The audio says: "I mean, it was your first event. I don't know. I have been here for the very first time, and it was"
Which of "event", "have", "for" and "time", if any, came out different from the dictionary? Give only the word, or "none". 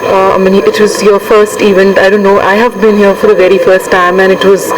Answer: event